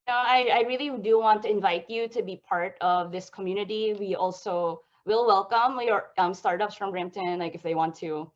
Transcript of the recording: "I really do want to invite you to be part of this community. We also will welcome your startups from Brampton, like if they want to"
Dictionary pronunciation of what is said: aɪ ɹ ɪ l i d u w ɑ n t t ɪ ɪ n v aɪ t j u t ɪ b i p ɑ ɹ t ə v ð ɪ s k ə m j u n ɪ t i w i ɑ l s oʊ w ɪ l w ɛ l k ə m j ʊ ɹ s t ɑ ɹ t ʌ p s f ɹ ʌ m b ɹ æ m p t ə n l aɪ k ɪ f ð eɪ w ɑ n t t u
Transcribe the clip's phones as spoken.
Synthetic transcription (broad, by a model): aɪ ɹ ɪ l i d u w ɑ n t t ɪ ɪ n v aɪ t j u t ɪ b i p ɑ ɹ t ə v ð ɪ s k ə m j u n ɪ t i w i ɑ l s oʊ w ɪ l w ɛ l k ə m j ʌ ɹ s t ɑ ɹ t ʌ p s f ɹ ʌ m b ɹ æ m t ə n l aɪ k ɪ f ð eɪ w ɑ n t t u